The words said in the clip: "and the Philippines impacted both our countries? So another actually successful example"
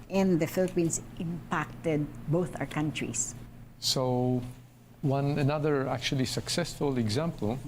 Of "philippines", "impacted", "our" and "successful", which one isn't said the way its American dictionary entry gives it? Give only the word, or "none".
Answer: philippines